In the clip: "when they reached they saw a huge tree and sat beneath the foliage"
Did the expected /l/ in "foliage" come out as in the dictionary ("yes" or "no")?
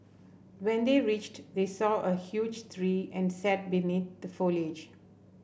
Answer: yes